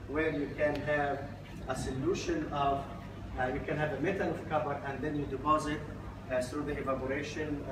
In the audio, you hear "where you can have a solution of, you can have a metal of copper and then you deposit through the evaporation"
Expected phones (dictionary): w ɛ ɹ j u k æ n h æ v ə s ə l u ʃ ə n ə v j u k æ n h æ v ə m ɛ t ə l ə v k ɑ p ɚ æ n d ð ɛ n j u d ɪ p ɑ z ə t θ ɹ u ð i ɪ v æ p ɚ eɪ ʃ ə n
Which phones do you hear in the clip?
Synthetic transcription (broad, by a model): w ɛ ɹ j u k æ n h æ v ə s ə l u ʃ ə n ə v j u k æ n h æ v ə m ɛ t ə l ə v k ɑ b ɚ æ n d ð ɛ n j u d ɪ p ɑ z ə t θ ɹ u ð i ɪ v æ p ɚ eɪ ʃ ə n